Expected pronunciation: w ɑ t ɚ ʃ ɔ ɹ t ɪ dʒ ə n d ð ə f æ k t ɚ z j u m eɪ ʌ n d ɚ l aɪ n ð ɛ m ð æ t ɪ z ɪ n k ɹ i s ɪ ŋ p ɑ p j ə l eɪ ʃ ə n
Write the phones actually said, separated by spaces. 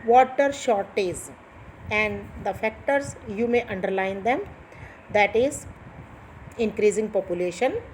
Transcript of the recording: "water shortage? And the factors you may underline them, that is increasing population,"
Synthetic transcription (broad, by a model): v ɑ t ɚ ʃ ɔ ɹ t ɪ z ə n d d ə f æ k t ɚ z j u m eɪ ʌ n d ɚ l aɪ n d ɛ m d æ t ɪ z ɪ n k ɹ i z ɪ ŋ p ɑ p j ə l eɪ ʃ ə n